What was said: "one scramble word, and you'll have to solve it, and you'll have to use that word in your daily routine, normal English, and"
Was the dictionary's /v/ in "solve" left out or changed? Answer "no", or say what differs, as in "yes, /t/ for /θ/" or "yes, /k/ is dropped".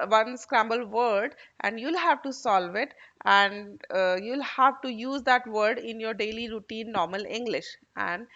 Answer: no